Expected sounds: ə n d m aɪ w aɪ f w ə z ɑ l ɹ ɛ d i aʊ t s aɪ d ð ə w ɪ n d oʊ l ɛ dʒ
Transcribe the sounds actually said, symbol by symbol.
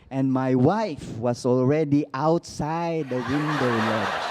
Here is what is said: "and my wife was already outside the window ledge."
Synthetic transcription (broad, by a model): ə n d m aɪ w aɪ f w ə s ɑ l ɹ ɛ d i aʊ t s aɪ d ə w ɪ n d oʊ l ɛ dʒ